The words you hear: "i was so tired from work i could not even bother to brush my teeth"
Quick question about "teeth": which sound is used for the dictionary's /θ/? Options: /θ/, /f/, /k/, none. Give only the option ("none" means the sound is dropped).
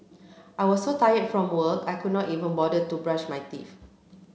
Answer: /f/